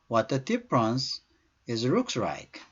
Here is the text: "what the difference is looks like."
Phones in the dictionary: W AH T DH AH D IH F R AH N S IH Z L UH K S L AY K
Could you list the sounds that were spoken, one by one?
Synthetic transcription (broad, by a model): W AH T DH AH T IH P R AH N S IH Z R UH K S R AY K